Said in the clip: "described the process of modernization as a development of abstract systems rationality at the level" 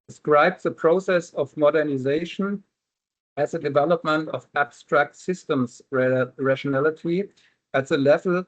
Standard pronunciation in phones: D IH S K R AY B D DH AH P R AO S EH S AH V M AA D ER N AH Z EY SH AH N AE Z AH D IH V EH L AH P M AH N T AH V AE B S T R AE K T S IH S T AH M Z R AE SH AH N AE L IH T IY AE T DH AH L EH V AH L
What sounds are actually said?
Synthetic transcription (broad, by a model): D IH S K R AY B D DH AH P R AO S EH S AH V M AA D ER N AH Z EY SH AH N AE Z AH D IH V EH L AH P M AH N T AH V AE B S T R AE K T S IH S T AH M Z R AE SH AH N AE L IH T IY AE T DH AH L EH V L